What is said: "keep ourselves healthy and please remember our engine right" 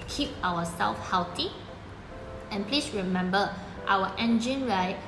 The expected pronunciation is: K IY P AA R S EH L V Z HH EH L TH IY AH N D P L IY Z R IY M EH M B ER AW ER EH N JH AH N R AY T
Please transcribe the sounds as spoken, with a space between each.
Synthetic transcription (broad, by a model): K IY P AA W S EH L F HH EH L T IY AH N P L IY S R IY M EH M B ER AW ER EH N JH AH N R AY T